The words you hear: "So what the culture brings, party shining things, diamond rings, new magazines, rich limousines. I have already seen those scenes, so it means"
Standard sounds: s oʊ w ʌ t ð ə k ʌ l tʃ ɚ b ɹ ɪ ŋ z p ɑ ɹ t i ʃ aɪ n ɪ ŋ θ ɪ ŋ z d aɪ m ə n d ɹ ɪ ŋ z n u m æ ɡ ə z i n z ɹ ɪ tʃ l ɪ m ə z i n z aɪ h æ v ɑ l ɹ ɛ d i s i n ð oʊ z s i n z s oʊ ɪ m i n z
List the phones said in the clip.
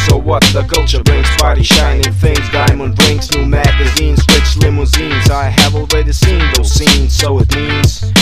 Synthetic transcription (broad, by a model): s oʊ w ʌ t ð ə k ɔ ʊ tʃ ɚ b ɹ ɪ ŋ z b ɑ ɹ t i ʃ aɪ n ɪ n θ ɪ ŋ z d aɪ m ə n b ɹ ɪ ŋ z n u m æ ɡ ə z i n z w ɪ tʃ l ɪ m ə z i n z aɪ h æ v ɑ l ɹ ɛ d i s i n ð oʊ z s i n z s oʊ ɪ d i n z